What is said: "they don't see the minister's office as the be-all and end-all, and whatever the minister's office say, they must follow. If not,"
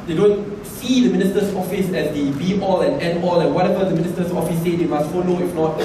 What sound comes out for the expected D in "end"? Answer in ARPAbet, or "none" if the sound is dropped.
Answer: none